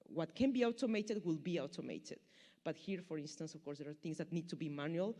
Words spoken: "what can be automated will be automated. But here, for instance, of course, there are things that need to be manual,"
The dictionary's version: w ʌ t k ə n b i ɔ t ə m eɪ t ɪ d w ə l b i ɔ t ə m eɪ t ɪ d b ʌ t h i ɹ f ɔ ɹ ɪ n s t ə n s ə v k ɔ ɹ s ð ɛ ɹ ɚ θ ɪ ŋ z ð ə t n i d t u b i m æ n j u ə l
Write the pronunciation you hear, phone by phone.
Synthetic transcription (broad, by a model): w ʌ t k ə n b i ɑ t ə m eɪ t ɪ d w ə l b i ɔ t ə m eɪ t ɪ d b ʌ t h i ɹ f ɔ ɹ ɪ n s t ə n s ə f k ɔ ɹ s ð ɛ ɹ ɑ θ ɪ ŋ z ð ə t n i d t u b i m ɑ n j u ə l